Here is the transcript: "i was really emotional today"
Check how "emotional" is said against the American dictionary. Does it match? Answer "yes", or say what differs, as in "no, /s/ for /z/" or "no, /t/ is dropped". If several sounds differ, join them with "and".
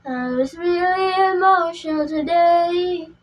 no, /n/ is dropped and /n/ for /l/